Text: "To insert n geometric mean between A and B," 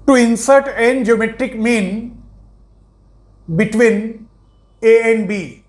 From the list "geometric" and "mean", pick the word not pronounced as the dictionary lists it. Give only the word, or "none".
none